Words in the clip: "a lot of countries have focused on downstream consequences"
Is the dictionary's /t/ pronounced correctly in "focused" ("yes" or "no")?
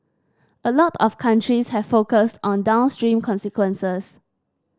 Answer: yes